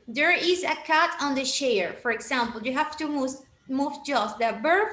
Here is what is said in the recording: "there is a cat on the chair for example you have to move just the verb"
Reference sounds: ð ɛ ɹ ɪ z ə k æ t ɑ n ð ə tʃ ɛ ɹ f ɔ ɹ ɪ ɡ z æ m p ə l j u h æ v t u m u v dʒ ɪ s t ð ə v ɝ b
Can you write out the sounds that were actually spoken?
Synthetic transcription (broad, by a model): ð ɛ ɹ ɪ z ə k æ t ɑ n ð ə ʃ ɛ ɹ f ɔ ɹ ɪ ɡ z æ m p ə l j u h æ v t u m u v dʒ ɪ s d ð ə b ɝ